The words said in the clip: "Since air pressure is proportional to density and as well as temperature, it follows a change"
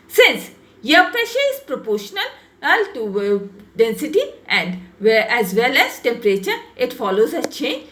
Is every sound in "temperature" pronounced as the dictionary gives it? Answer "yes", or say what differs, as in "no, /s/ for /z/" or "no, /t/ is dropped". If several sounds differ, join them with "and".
yes